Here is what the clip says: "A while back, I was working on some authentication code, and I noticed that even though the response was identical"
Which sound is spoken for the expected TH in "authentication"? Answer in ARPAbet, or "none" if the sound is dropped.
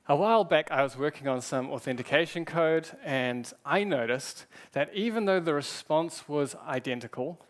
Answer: TH